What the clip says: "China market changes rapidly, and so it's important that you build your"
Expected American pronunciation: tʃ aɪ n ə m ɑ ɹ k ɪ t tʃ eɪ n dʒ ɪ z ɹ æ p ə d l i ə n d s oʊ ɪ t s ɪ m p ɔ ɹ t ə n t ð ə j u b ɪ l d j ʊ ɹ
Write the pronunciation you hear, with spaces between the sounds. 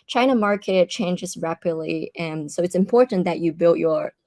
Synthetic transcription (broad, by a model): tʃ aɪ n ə m ɑ ɹ k ɪ t tʃ eɪ n dʒ ɪ z ɹ æ p ə d l i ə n s oʊ ɪ t s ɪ m p ɔ ɹ t n ð ə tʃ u b ɪ l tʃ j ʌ ɹ